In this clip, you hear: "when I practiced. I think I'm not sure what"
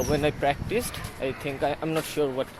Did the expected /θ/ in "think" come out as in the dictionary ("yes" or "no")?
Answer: no